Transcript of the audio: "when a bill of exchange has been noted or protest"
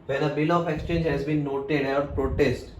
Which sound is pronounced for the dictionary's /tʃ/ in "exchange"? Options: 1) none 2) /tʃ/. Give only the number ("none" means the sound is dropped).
2